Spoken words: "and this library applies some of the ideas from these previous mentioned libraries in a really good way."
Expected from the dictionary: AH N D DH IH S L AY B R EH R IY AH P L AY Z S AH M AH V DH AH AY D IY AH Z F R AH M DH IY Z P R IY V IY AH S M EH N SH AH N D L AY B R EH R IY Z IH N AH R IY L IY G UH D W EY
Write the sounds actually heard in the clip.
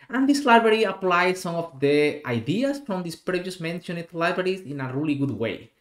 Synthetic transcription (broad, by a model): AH N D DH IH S L AY B R EH R IY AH P L AY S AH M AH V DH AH AY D IY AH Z F R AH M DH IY S P R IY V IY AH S M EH N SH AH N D L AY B R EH R IY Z IH N AH R IY L IY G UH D W EY